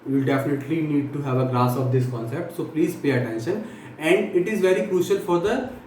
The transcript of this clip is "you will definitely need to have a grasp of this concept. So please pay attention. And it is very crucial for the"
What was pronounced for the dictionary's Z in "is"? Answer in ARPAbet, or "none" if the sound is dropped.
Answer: Z